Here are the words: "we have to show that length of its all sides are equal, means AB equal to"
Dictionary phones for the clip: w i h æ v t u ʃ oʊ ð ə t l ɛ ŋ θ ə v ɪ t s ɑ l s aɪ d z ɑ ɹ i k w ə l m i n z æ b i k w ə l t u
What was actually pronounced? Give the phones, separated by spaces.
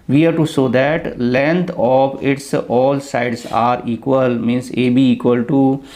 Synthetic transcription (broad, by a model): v i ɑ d t u s oʊ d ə t l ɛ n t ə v ɪ t s ɑ l s aɪ d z ɑ ɹ i k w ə l m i n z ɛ b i k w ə l t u